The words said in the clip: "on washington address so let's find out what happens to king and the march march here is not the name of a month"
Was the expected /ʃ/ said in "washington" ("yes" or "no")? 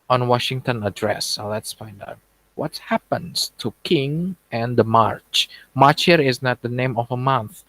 yes